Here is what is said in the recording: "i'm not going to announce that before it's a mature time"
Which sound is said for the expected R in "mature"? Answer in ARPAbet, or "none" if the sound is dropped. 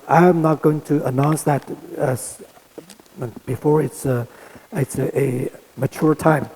R